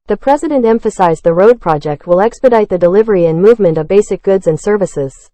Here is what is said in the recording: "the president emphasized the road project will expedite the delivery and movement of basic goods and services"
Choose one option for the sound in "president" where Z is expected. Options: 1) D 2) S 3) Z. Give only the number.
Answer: 3